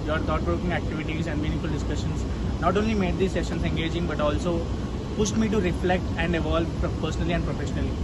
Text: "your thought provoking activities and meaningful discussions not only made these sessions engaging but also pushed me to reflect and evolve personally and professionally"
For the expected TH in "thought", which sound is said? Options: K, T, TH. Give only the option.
T